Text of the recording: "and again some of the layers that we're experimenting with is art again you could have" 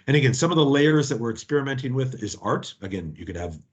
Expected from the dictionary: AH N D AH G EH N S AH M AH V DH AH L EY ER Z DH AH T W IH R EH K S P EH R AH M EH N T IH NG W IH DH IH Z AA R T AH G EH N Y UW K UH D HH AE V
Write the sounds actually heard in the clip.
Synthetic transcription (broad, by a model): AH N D AH G EH N S AH M AH V DH AH L EY ER Z DH AH T W IH R EH K S P EH R AH M EH N T IH NG W IH DH IH Z AA R T AH G EH N Y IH K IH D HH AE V